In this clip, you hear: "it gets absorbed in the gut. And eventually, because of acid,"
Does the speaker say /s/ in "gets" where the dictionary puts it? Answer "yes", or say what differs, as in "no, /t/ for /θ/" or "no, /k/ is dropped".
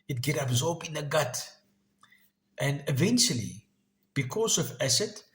no, /s/ is dropped